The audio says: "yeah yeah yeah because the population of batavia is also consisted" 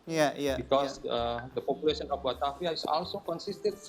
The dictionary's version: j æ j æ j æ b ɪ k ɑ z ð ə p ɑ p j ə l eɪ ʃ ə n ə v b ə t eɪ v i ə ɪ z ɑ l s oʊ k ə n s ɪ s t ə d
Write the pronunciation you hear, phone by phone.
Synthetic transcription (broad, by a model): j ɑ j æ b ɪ k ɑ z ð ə p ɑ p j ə l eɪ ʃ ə n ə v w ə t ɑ f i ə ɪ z ɑ l s oʊ k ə n s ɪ s t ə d